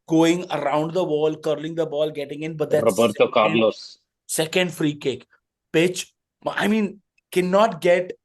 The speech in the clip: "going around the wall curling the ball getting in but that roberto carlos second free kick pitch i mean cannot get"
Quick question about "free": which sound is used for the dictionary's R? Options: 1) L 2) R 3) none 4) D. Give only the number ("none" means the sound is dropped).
2